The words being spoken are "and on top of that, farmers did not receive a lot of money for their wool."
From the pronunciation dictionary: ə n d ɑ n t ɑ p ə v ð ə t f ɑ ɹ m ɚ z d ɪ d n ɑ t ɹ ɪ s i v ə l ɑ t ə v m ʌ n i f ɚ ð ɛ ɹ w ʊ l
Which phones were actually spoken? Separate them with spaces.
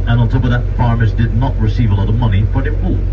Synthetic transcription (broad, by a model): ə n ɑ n t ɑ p ə v ð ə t f ɑ ɹ m ɚ z d ɪ d n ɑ t ɹ ɪ s i v ə l ɑ t ə v m ʌ n i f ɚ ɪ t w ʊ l